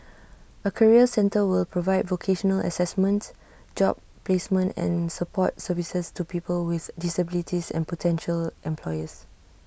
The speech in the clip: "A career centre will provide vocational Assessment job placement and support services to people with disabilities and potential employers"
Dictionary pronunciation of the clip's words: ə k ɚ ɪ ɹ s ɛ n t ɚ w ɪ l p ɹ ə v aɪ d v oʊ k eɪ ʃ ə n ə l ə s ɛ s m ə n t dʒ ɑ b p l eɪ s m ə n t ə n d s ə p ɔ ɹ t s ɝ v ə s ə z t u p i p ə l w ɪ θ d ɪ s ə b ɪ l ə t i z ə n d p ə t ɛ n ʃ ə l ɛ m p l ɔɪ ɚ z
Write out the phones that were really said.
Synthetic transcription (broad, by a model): ə k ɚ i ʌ s ɛ n t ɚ w ɪ l p ɹ ə v aɪ d v oʊ k eɪ ʃ ə n ə l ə s ɛ s m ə n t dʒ ɑ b p l eɪ s m ə n t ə n s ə p ɔ t s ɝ v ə s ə s t u p i p ə l w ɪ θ d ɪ s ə b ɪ l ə t i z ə n p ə t ɛ n ʃ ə l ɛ m p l ɔɪ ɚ s